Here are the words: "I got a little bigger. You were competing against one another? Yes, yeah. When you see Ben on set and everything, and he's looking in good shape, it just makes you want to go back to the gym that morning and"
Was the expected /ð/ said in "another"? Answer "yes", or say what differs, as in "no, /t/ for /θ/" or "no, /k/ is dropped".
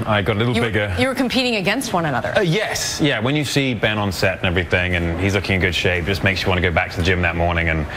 yes